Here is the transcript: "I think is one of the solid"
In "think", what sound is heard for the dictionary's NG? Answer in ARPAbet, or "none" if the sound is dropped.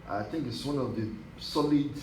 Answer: NG